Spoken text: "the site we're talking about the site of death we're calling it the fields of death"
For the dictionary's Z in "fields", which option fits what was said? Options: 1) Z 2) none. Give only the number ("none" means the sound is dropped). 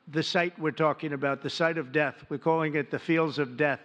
1